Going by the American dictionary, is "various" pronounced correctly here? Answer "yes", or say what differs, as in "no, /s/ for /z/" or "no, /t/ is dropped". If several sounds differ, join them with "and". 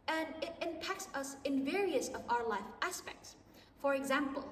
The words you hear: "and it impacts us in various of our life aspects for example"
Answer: yes